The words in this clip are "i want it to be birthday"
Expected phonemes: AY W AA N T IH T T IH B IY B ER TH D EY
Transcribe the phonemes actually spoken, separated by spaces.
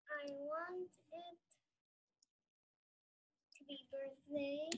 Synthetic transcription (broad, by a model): AY W AA N T IH T T IH B IY B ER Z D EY